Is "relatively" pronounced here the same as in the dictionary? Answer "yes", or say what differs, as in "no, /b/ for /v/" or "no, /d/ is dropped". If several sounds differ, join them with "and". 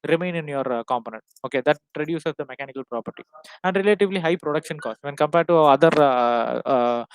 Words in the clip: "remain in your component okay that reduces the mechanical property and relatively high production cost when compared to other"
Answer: yes